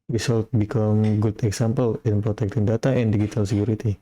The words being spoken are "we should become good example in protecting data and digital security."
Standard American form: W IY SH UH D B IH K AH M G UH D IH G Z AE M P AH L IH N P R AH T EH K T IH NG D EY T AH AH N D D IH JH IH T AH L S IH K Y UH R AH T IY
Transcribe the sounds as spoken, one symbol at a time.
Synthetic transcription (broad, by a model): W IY S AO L B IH K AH M G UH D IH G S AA M P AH L IH N P R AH T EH K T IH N D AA T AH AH N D D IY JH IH T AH L S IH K Y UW R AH T IY